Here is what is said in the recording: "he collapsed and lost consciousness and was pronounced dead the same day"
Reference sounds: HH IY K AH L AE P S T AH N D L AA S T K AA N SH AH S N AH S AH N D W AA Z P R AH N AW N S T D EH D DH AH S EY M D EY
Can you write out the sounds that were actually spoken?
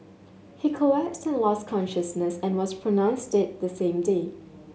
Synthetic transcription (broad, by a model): HH IY K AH AE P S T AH N L AA S K AA N SH AH S N AH S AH N W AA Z P R AH N AW N S T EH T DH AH S EY M D EY